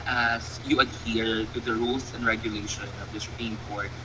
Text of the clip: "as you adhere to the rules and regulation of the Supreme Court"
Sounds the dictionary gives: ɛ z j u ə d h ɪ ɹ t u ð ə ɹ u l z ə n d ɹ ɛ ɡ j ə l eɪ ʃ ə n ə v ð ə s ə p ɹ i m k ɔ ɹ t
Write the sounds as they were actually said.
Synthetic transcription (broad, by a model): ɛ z j u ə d h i ɹ t u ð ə ɹ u l s ə n d ɹ ɛ ɡ j ə l eɪ ʃ ə n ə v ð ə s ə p i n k ɔ ɹ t